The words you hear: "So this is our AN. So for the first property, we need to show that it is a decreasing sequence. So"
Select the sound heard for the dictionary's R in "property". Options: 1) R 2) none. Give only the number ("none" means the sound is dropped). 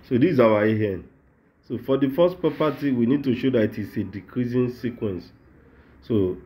2